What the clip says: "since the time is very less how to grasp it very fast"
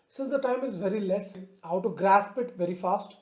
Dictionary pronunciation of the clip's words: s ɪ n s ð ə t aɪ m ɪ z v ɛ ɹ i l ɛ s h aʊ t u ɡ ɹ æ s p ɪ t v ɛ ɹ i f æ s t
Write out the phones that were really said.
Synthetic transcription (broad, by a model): s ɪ n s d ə t aɪ m ɪ z v ɛ ɹ i l ɛ s h aʊ t u ɡ ɹ æ s p ɪ t v ɛ ɹ i f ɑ s t